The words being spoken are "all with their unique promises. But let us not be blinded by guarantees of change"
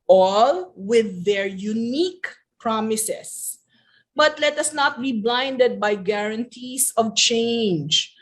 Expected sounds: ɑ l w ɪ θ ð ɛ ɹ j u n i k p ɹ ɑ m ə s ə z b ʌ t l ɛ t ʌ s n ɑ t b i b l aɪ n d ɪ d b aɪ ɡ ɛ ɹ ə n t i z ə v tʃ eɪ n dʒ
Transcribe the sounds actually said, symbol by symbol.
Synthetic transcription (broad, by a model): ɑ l w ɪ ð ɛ ɹ j u n i k p ɹ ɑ m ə s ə s b ʌ t l ɛ t ʌ s n ɑ t b i b l aɪ n d ɪ d b aɪ ɡ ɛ ɹ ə n t i s ə v tʃ eɪ n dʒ